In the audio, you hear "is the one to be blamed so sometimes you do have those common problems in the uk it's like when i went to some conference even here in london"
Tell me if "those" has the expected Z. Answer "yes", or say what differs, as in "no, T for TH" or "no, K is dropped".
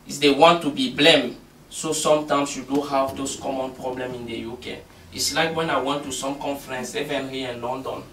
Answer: no, S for Z